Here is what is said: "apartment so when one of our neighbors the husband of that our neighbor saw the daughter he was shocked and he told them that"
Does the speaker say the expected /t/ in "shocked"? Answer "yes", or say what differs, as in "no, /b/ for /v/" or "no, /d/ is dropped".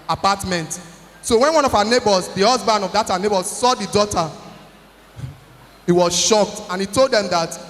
yes